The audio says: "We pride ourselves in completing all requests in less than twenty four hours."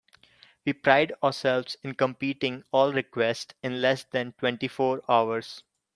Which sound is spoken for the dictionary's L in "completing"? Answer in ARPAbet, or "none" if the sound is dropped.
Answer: none